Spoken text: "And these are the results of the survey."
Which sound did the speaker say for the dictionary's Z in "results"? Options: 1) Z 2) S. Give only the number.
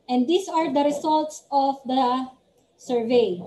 2